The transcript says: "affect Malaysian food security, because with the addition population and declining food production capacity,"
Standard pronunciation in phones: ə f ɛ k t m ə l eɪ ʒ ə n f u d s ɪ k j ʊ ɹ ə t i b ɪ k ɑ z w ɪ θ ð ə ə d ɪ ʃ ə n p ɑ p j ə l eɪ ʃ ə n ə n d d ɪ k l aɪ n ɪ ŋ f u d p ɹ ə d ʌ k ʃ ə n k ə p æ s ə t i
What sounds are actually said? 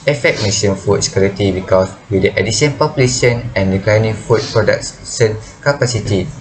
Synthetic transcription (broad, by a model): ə f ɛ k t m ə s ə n f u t s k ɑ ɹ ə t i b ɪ k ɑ s w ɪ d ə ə d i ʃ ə n p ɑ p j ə l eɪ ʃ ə n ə n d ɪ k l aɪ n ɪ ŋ f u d p ɹ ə d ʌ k s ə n k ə p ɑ s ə t i